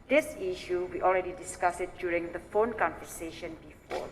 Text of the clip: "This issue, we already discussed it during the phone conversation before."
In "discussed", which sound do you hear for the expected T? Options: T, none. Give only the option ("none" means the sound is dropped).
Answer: none